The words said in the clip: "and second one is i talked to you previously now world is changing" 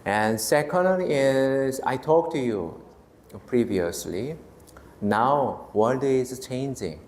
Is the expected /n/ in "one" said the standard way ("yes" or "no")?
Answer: no